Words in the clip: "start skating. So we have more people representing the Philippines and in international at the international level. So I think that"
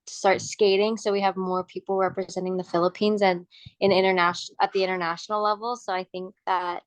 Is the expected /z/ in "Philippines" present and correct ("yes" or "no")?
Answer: yes